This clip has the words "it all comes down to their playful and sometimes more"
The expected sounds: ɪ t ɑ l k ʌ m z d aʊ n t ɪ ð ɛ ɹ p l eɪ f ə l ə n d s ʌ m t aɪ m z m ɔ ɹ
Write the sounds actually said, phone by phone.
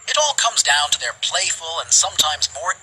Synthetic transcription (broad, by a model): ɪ t ɑ l k ʌ m z d aʊ n t ɪ ð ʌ ɹ p l eɪ f ə l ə n s ʌ m t aɪ m z m ɔ ɹ